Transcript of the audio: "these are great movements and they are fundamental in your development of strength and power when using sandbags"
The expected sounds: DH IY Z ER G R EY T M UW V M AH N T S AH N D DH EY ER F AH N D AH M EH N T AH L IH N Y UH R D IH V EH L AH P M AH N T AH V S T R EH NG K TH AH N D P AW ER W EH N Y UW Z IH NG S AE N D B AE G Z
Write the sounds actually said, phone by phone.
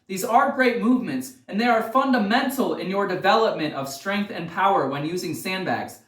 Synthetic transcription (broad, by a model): DH IY Z ER G R EY T M UW V M AH N T S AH N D DH EY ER F AH N D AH M EH N T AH L IH N Y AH R D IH V EH L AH P M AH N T AH V S T R EH NG K TH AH N P AW ER W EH N Y UW Z IH NG S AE N B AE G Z